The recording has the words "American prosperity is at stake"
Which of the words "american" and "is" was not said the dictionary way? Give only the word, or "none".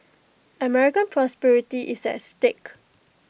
is